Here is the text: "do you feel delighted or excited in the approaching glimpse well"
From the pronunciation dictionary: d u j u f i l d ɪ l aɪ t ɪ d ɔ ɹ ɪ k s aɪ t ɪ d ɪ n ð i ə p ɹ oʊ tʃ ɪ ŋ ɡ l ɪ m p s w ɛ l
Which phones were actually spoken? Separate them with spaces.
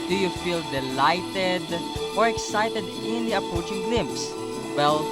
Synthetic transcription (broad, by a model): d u j u f i l d ɪ l aɪ t ɪ d ɔ ɹ ɪ k s aɪ t ɪ d ɪ n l i ə p ɹ oʊ tʃ ɪ ŋ ɡ l ɪ m p s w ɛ l